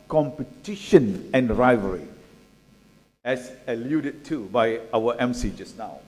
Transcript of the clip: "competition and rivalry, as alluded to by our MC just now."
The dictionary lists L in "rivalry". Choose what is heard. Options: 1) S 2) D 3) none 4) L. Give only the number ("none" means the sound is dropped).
3